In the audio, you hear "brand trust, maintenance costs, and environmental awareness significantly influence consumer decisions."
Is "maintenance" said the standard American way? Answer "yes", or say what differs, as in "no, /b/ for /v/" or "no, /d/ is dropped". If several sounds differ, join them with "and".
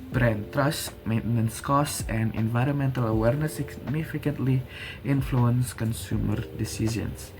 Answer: yes